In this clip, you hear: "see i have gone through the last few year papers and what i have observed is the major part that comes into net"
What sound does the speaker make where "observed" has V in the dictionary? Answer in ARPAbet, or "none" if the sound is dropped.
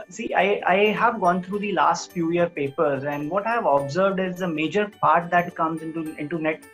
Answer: V